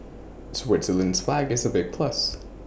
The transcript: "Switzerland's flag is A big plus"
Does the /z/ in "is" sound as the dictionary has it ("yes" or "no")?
yes